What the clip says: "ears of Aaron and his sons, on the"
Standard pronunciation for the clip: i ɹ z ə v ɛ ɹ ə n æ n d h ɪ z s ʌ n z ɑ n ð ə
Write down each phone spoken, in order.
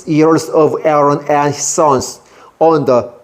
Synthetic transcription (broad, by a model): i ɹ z ə v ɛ ɹ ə n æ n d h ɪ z s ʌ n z ɑ n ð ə